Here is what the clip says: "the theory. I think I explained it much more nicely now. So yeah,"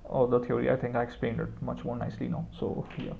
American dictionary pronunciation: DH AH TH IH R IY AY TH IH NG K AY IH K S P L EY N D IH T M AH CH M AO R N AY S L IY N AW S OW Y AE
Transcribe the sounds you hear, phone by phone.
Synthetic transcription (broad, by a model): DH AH T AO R IY AY T IH NG K AY IH K S P L EY N D IH T M AH CH M AO R N AY S L IY N AW S OW Y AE